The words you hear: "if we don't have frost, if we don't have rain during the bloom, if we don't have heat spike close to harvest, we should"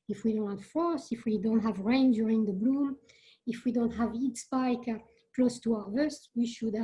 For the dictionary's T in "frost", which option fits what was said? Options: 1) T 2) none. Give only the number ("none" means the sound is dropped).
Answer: 2